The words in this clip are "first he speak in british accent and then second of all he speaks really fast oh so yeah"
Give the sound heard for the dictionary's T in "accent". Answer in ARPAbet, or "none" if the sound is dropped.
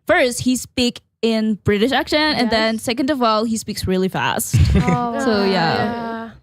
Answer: none